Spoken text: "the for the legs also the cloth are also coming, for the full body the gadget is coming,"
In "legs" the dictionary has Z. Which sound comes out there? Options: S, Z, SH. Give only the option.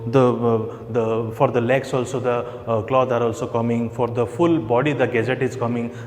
S